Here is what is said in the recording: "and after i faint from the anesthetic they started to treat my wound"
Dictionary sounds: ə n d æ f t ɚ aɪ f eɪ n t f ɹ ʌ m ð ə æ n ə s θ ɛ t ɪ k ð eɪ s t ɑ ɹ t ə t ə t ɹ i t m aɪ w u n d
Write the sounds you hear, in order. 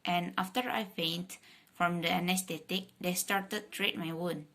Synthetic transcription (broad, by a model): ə n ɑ f t ɚ aɪ p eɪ n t f ɹ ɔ m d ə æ n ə s t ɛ t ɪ k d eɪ s t ɑ ɹ t ə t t ɹ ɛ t m aɪ w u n